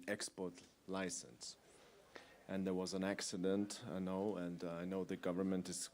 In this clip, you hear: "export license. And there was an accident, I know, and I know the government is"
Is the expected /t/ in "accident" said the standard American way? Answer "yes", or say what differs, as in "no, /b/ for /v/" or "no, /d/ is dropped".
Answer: yes